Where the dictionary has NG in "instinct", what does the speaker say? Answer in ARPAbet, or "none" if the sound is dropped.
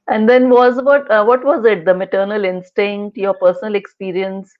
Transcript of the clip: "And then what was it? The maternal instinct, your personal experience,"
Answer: NG